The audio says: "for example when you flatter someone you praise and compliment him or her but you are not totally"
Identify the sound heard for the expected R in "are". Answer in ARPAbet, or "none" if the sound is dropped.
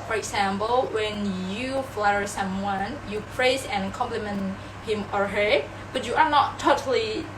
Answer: R